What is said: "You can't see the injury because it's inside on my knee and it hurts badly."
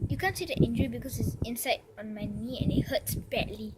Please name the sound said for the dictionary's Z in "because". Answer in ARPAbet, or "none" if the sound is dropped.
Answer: S